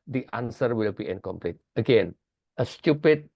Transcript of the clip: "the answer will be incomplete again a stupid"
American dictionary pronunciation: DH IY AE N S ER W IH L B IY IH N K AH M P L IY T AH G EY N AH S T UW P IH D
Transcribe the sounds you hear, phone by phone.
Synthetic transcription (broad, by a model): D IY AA N S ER W IH L B IY IH N K AH M P L IY T AH G EY N AH S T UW P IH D